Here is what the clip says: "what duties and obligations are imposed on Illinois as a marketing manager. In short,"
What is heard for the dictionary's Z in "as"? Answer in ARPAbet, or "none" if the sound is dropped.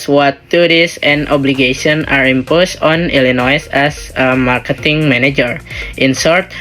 S